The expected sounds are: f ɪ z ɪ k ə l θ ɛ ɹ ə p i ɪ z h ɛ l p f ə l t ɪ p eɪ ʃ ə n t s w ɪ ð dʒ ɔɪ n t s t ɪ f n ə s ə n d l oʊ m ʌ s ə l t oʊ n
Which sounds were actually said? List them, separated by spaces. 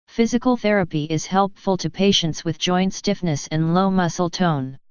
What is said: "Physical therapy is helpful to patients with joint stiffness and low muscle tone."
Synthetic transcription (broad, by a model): f ɪ z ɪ k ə l θ ɛ ɹ ə p i ɪ z h ɛ l p f ə l t ɪ p eɪ ʃ ə n t s w ɪ ð dʒ ɔɪ n t s t ɪ f n ə s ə n l oʊ m ʌ s l t oʊ n